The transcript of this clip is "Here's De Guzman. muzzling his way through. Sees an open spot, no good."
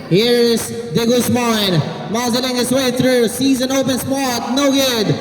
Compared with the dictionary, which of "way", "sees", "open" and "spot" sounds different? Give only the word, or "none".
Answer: none